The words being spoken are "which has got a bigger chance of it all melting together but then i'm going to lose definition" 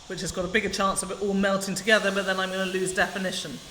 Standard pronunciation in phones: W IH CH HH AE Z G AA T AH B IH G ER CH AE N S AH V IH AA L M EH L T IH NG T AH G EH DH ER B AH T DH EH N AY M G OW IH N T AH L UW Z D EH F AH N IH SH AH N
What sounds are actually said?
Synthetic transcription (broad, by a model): W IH CH HH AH Z G AA T AH B IH G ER CH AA N S AH V IH AA L M EH L T IH NG T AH G EH DH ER B AH T DH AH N AY M G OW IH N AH L UW Z D EH F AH N IH SH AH N